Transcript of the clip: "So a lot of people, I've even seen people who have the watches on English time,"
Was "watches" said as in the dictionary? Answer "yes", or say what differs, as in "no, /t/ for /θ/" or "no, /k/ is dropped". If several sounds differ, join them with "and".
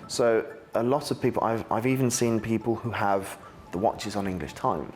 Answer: yes